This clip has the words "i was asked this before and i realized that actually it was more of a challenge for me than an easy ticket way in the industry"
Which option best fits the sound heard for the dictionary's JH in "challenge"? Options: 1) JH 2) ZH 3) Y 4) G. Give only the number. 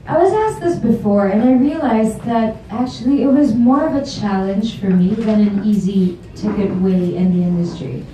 2